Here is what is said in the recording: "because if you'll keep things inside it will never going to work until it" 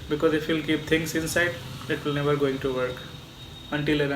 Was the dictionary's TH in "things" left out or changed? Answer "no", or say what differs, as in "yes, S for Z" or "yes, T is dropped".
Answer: yes, T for TH